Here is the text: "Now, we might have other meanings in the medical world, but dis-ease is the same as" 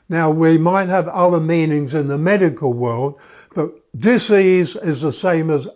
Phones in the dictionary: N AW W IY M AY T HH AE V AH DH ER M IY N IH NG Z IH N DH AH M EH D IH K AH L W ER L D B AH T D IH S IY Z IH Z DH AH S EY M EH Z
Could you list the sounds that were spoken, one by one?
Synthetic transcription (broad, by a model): N AW W IY M AY T HH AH V AH DH ER M IY N IH NG Z IH N DH AH M EH D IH K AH L W ER L D B AH T D IH S IY Z IH Z DH AH S EY M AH Z